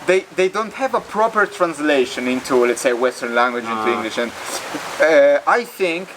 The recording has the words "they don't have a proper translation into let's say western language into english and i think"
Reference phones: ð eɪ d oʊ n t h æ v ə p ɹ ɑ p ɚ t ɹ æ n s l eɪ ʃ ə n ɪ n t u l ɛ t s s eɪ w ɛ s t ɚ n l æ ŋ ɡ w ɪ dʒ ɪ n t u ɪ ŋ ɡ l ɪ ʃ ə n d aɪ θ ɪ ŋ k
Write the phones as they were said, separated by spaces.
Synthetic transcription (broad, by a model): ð eɪ d oʊ n t h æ v ə p ɹ ɑ p ɚ t ɹ æ n s l eɪ ʃ ə n ɪ n t u l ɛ t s s eɪ w ɛ s t ɚ n l æ ŋ ɡ w ɪ dʒ ɪ n t u ɪ ŋ ɡ l ɪ ʃ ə n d aɪ θ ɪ ŋ k